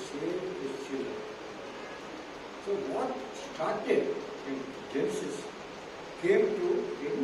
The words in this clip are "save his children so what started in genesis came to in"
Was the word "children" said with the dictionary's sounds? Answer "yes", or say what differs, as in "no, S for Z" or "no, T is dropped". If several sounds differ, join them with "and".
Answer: no, R is dropped